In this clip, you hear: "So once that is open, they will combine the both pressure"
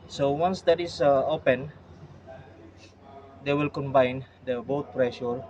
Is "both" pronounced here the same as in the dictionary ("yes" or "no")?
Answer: no